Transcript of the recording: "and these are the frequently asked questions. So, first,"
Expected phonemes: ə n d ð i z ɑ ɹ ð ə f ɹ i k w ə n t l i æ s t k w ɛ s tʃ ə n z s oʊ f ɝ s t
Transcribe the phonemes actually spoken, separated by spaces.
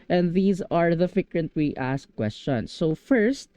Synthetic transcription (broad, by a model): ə n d ð i z ɑ ɹ ð ə f ɪ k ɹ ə n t w i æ s k w ɛ s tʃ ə n s oʊ f ɝ s t